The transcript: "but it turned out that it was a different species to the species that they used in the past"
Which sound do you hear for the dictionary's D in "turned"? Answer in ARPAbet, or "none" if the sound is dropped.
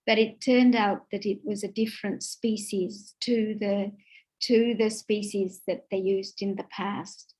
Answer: D